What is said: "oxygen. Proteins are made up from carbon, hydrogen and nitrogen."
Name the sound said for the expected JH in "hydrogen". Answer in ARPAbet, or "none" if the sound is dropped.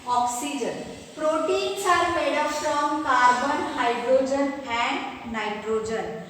JH